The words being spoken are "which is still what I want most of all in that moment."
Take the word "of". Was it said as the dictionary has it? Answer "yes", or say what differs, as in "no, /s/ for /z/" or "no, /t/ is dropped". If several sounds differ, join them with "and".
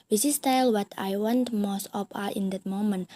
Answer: no, /p/ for /v/